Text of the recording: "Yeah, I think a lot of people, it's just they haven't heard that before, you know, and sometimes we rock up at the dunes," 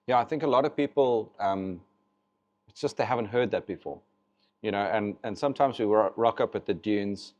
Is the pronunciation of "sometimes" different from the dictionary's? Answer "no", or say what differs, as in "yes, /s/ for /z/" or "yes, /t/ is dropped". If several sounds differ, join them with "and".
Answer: no